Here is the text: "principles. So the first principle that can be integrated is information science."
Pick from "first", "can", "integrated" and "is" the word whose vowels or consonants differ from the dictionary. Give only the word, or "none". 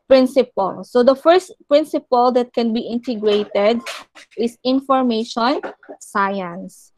is